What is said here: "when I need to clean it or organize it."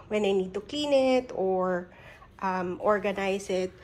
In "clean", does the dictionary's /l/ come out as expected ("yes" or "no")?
no